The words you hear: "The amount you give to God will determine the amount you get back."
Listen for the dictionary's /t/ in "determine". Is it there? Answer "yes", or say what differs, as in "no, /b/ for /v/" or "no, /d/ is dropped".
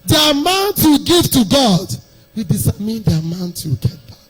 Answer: no, /s/ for /t/